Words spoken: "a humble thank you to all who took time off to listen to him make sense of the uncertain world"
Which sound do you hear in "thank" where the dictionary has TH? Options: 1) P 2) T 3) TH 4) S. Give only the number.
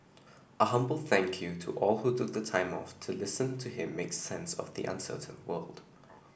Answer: 3